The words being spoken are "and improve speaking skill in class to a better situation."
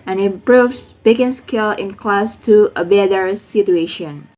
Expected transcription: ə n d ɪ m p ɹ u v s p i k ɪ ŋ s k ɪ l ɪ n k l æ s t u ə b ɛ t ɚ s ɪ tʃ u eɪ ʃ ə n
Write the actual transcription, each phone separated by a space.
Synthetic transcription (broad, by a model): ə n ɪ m p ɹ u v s b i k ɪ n s k ɪ l ɪ n k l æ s t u ə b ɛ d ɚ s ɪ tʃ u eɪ ʃ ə n